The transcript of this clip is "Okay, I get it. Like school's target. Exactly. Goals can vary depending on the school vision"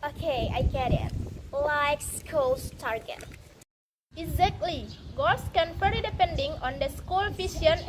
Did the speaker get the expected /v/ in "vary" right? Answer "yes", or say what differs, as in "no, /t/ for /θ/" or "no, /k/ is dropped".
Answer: no, /f/ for /v/